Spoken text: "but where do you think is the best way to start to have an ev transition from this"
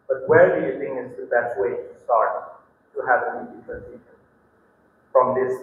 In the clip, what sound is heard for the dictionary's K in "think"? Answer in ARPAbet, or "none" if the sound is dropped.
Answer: none